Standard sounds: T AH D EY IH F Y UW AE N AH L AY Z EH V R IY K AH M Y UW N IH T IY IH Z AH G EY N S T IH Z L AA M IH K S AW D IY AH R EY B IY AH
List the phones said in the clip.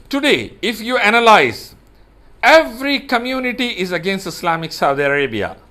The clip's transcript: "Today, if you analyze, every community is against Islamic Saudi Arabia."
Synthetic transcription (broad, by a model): T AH D EY IH F Y UW AE N AH L AY Z EH V R IY K AH M Y UW N IH T IY IH Z AH G EY N S T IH S L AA M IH K S AW D IY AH R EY B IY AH